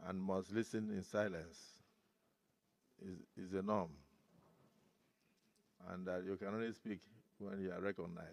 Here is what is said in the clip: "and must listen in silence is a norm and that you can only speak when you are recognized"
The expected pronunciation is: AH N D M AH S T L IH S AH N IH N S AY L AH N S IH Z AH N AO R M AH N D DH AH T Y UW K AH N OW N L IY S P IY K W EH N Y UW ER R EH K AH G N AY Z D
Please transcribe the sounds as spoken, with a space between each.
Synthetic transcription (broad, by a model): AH N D M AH S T L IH S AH N IH N S AY L AH N S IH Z AH N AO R M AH N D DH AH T Y UW K AH N OW N L IY S P IY K W EH N Y UW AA R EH K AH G N AY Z